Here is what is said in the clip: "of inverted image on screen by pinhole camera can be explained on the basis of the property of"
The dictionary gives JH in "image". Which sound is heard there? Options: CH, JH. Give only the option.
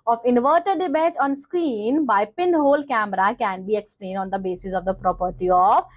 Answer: CH